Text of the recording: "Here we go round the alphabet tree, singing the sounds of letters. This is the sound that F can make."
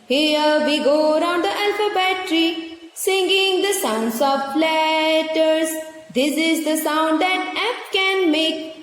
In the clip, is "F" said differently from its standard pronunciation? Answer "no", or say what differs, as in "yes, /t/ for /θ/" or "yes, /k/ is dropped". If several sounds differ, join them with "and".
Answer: yes, /p/ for /f/